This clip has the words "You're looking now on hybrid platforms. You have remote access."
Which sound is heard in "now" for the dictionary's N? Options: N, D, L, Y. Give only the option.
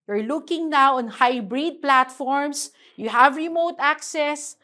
N